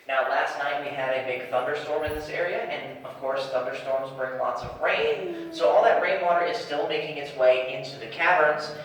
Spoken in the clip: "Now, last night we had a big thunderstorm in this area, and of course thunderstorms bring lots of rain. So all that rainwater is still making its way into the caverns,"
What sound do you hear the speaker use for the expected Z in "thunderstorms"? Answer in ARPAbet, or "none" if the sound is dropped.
Z